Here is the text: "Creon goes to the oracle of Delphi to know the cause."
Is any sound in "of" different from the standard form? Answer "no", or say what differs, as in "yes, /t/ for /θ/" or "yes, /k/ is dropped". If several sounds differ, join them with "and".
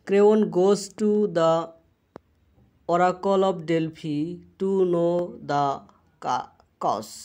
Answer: yes, /p/ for /v/